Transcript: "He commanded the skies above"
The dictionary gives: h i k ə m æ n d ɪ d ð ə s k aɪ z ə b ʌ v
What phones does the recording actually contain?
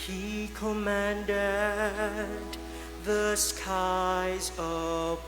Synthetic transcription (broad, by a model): h i k ə m æ n d ɪ d ð ə s k aɪ z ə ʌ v